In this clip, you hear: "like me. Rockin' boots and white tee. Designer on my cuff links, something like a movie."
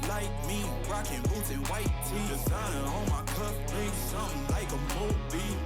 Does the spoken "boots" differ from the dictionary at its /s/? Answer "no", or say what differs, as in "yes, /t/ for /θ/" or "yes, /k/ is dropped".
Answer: yes, /s/ is dropped